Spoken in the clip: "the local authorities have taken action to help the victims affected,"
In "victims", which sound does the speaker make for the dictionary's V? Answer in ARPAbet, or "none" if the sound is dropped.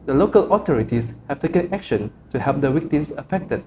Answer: W